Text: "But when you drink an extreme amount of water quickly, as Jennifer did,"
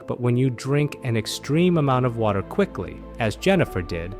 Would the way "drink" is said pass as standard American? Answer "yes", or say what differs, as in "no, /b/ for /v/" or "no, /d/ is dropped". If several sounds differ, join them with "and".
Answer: yes